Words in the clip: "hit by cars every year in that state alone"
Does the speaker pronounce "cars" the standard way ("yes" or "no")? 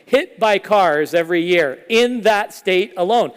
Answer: yes